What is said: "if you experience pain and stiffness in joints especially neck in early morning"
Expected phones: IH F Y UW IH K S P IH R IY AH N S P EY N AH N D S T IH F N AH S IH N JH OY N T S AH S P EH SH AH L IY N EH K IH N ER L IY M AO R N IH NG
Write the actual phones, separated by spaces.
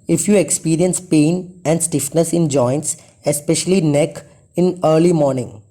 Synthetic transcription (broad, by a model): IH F Y UW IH K S P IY R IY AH N S P EY N AH N D S T IH F N AH S IH N JH OY N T S AH S P EH SH AH L IY N EH K IH N ER L IY M AO R N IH NG